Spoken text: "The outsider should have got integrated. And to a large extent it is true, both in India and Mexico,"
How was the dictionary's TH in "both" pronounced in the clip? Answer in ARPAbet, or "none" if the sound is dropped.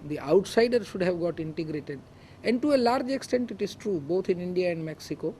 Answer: T